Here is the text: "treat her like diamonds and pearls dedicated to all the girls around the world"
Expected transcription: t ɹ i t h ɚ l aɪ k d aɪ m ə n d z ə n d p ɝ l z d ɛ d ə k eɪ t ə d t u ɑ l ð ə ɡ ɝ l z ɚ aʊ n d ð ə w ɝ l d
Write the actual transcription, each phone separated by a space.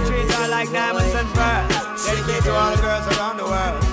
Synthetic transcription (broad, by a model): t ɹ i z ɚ l aɪ k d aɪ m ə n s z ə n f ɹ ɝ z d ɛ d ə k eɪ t t u ɑ l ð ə ɡ ɝ l z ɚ aʊ n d ð ə w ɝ l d